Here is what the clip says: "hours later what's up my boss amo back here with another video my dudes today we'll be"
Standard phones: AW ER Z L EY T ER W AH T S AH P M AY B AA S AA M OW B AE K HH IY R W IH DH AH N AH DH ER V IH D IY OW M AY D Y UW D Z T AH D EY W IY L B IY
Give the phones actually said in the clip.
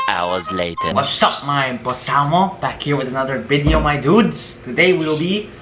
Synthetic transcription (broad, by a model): AW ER Z L EY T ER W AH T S AH P M AY B AA S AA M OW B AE K HH IY R W IH DH AH N AH DH ER B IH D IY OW M AY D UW D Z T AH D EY W IY L B IY